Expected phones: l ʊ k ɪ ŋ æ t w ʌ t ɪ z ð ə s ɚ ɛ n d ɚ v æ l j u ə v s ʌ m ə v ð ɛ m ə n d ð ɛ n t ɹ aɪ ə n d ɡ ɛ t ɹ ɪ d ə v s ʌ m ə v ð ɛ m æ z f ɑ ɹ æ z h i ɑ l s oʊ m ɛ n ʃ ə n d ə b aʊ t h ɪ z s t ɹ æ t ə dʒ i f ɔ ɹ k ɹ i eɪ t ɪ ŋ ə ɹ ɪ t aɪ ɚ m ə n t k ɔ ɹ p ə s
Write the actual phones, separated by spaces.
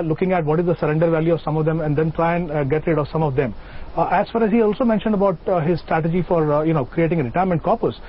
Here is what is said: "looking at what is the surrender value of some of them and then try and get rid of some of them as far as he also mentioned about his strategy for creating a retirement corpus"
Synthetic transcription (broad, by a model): l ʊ k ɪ ŋ æ t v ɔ t ɪ z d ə s ɚ ɛ n d ɚ v æ l j u ə v s ʌ m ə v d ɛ m ə n d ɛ n t ɹ aɪ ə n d ɡ ɛ t ɹ ɪ d ə v s ʌ m ə v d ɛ m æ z f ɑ ɹ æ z h i ɑ l s oʊ m ɛ n ʃ ə n d ə b aʊ t h ɪ z s t ɹ æ t ə dʒ i f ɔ ɹ k ɹ i eɪ t ɪ ŋ ə ɹ ɪ t aɪ ɚ m ə n t k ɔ ɹ p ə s